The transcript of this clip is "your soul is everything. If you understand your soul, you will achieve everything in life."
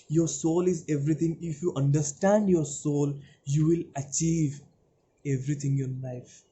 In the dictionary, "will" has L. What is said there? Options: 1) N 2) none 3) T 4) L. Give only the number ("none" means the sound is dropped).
4